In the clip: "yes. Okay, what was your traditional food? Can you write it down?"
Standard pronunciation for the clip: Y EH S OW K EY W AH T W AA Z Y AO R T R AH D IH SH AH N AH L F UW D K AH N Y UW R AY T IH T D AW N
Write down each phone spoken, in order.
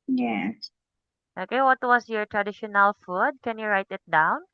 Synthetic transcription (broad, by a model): Y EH S OW K EY W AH T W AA S Y AO R T R AH D IH SH AH N AH L F UW D K AH N Y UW R AY T IH T D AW N